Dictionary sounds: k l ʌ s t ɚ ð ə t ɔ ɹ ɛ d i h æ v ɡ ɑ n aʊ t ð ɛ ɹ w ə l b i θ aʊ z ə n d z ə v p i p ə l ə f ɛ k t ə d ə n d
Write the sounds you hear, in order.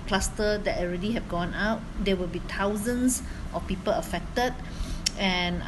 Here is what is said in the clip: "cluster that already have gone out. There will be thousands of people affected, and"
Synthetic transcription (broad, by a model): k l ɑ s t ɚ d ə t ɔ ɹ ɛ d i h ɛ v ɡ ɑ n aʊ t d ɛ w ə l b i t aʊ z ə n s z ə f p i p ə l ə f ɛ k t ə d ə n